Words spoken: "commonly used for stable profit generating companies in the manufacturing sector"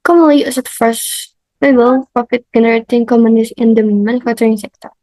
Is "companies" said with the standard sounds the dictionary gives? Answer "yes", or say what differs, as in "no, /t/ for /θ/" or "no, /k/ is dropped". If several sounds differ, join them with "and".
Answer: no, /p/ is dropped